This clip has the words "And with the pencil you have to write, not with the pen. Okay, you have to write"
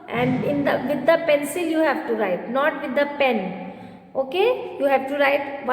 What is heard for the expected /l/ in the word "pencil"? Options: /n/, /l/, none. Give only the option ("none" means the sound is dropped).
/l/